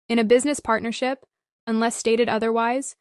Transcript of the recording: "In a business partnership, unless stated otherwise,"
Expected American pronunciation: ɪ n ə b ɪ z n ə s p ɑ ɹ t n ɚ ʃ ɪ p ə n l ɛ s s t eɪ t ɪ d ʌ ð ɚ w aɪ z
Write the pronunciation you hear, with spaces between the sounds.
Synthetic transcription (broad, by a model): ɪ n ə b ɪ z n ə s p ɑ ɹ t n ɚ ʃ ɪ p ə n l ɛ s s t eɪ t ɪ d ʌ ð ɚ w aɪ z